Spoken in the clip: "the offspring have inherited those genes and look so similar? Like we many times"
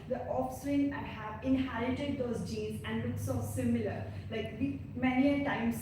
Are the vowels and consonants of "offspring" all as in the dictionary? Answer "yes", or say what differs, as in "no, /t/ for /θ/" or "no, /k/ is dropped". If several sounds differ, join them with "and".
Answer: no, /p/ is dropped